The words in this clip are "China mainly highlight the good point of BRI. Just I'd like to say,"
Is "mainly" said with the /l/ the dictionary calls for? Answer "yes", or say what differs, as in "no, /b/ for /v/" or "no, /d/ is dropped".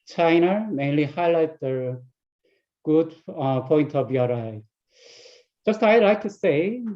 yes